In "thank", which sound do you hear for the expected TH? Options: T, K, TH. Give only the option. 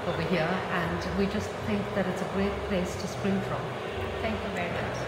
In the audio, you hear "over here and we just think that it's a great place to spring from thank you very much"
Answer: TH